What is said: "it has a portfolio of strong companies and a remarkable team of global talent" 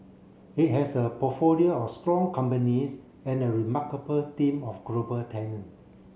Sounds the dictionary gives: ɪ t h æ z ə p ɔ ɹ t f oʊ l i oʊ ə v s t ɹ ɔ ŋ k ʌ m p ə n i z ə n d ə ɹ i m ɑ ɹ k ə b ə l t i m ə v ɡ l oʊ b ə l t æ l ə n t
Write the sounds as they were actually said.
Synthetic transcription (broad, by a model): ɪ t h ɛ s ə p ɔ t f oʊ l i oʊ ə f s t ɹ ɔ ŋ k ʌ m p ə n i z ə n ə ɹ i m ɑ k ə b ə l t i m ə f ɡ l oʊ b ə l t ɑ n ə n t